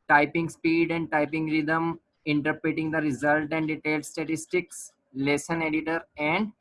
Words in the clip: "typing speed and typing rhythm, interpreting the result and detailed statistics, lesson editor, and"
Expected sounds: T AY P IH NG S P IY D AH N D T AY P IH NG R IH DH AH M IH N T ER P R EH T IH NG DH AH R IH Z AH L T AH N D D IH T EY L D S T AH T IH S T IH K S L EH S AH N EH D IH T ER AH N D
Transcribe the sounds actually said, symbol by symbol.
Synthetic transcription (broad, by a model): T AY P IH NG S P IY D AH N D T AY P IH NG R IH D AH M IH N T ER P R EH T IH NG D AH R IH Z AH L T AH N D D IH T EY L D S T AH T IH S T IH K S L EH S AH N EH D IH T ER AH N D